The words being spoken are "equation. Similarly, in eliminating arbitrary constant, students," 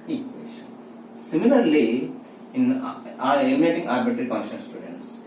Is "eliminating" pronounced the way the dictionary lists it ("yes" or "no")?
no